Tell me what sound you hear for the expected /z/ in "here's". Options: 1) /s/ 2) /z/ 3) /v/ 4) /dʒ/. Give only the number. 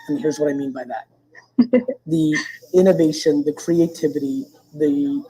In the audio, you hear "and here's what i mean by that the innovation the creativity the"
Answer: 2